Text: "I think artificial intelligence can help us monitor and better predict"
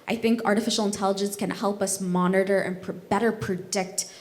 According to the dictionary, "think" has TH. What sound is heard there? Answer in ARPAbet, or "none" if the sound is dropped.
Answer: TH